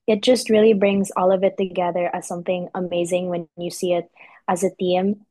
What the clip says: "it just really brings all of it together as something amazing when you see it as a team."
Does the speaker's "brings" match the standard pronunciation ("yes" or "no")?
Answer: yes